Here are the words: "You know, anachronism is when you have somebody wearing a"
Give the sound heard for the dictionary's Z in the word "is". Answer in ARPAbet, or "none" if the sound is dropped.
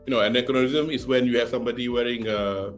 S